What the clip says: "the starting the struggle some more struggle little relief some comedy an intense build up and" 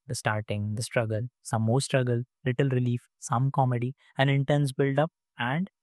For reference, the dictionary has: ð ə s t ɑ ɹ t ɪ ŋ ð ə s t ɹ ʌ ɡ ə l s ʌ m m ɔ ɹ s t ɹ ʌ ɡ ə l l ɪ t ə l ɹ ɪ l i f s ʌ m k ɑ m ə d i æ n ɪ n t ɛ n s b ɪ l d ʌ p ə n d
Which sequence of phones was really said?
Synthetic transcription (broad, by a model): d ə s t ɑ ɹ t ɪ ŋ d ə s t ɹ ʌ ɡ ə l s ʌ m m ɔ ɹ s t ɹ ʌ ɡ ə l l ɪ t ə l ɹ ɪ l i f s ʌ m k ɑ m ə d i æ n ɪ n t ɛ n s b ɪ l d ʌ p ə n d